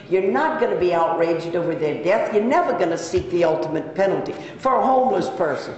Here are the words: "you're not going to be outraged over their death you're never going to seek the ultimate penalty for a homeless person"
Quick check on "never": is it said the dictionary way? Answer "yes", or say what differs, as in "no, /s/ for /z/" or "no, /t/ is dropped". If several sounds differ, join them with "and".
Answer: yes